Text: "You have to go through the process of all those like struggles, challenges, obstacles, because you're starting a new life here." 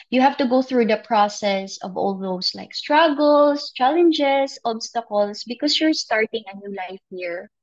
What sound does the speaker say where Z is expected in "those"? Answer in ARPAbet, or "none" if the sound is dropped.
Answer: S